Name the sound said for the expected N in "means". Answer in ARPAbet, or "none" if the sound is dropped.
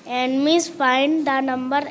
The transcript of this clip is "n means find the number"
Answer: none